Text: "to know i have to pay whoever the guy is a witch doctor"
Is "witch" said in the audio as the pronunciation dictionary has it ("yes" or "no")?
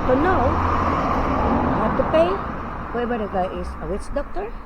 no